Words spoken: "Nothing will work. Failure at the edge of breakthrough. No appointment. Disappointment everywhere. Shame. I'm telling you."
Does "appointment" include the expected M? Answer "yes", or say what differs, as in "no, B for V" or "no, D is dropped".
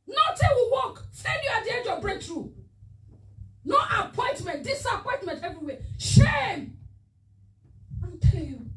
yes